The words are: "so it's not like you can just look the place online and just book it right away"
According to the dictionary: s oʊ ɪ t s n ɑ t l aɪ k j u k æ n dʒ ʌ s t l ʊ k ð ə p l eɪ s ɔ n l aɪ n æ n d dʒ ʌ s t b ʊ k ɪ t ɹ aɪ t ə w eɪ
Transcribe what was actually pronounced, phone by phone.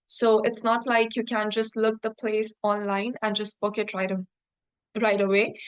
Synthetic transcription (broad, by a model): s oʊ ɪ t s n ɑ t l aɪ k j u k æ n dʒ ʌ s t l ʊ k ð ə p l eɪ s ɔ n l aɪ n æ n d dʒ ʌ s t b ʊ k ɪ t ɹ aɪ t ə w eɪ